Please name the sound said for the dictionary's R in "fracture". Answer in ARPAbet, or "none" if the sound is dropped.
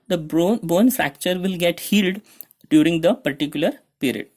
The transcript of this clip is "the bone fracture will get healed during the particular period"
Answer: R